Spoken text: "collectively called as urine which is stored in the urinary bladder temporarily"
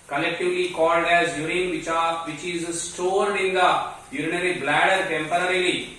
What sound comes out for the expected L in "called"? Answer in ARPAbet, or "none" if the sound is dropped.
L